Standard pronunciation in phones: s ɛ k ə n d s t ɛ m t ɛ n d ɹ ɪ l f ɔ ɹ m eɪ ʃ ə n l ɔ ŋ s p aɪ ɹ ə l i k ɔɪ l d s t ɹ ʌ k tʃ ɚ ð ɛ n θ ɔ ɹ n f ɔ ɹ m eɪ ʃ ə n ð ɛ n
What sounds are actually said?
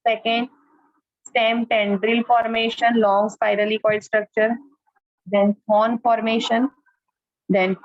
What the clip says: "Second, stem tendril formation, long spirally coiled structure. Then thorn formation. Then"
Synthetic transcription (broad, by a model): s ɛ k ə n d s t ɛ m t ɛ n d ɹ ɪ l f ɔ ɹ m eɪ ʃ ə n l ɔ ŋ s p aɪ ɹ ə l i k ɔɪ d s t ɹ ʌ k tʃ ɚ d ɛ n f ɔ n f ɔ ɹ m eɪ ʃ ə n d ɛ n